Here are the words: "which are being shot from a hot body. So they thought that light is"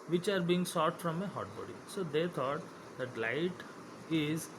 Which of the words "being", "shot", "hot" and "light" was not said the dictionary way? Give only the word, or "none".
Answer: shot